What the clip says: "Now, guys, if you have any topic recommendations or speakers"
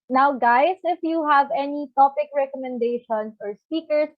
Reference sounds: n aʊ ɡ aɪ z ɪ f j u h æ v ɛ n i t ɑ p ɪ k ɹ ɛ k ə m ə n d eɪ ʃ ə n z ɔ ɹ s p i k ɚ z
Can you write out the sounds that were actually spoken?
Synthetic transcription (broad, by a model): n aʊ ɡ aɪ s ɪ f j u h æ v ɛ n i t ɑ p ɪ k ɹ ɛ k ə m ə n d eɪ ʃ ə n s ɔ ɹ s p i k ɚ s